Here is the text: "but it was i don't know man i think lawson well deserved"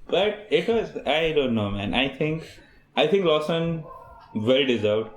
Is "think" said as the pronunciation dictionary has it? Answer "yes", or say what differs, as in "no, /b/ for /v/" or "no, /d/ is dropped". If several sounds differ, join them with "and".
no, /t/ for /θ/